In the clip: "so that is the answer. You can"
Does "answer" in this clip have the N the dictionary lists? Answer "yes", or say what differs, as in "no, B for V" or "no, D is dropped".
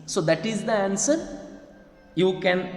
yes